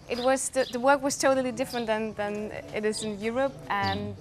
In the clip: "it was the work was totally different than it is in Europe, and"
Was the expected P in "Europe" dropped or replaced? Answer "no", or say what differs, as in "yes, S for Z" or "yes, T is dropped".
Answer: no